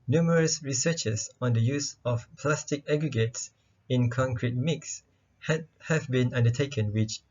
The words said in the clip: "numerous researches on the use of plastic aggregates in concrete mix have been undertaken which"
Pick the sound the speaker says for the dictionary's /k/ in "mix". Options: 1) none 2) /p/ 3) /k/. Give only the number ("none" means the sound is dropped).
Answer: 3